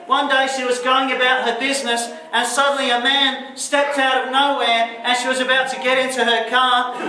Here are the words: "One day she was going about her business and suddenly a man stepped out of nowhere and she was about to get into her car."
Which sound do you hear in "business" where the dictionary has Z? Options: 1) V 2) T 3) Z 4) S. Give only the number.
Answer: 3